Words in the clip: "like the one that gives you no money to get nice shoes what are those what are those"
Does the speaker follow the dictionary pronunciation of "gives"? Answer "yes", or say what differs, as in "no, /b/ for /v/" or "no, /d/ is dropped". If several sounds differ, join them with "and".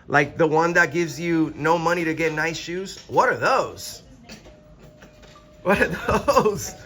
yes